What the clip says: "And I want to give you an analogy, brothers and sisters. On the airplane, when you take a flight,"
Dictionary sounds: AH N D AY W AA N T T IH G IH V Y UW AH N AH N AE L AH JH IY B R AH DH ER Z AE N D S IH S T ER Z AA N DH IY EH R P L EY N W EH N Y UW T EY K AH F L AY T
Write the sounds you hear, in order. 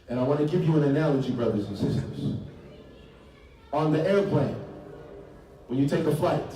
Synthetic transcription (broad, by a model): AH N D AY W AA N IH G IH P Y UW AH N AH N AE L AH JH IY B R AH DH ER Z N S IH S T ER Z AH N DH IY EH R P L EY N W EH N Y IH T EY K AH F L AY T